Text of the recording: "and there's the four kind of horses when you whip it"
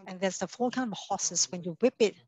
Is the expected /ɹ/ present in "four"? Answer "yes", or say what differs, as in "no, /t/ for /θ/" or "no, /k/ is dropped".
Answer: no, /l/ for /ɹ/